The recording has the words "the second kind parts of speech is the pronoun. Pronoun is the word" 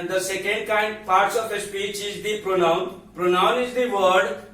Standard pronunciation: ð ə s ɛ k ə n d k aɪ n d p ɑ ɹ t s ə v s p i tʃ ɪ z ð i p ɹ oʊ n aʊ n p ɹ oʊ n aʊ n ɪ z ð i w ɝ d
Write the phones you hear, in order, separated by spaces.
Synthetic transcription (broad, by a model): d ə s ɛ k ə n d k aɪ n d p ɑ ɹ t s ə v s p i tʃ ɪ z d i p ɹ oʊ n aʊ n p ɹ oʊ n aʊ n ɪ z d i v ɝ d